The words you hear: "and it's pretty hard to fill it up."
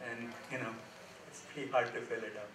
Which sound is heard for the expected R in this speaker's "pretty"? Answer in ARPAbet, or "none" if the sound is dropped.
none